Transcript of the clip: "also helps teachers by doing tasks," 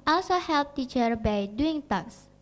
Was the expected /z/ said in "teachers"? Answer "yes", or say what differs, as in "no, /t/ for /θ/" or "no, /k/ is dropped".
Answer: no, /z/ is dropped